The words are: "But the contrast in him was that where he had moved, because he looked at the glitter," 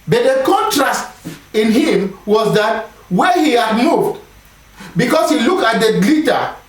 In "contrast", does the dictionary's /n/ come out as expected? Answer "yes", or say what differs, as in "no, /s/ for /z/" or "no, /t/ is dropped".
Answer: yes